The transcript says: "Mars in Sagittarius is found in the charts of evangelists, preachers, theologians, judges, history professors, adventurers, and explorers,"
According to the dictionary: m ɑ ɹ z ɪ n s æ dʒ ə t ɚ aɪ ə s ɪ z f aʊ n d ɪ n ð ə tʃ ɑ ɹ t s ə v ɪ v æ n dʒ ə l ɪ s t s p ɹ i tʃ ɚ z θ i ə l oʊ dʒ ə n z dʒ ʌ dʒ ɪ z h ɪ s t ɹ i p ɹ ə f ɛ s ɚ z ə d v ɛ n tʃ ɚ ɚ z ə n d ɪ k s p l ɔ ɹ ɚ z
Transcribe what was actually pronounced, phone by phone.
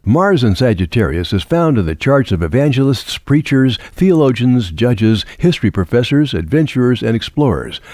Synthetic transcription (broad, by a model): m ɑ ɹ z ɪ n s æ dʒ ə t ɚ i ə s ɪ z f aʊ n d ɪ n ð ə tʃ ɑ ɹ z ə v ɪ v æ n dʒ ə l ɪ s t s p ɹ i tʃ ɚ z θ i ə l oʊ dʒ ə n z dʒ ʌ dʒ ɪ z h ɪ s t ɹ i p ɹ ə f ɛ s ɚ z ə d v ɛ n tʃ ɚ ɚ z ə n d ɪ k s p l ɔ ɹ ɚ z